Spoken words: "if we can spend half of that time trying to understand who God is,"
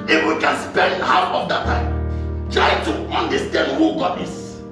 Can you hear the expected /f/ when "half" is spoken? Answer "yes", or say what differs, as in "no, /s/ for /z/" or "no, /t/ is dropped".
no, /f/ is dropped